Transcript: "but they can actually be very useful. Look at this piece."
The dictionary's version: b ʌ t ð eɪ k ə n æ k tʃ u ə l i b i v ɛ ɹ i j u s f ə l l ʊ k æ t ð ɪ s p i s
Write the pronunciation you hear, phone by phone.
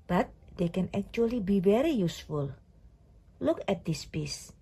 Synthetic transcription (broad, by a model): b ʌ t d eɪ k ə n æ k tʃ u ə l i b i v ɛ ɹ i j u s f ə l l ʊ k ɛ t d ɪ s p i s